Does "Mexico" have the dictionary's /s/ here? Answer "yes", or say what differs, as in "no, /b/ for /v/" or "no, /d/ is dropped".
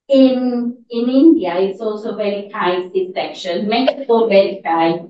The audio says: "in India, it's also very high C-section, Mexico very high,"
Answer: no, /s/ is dropped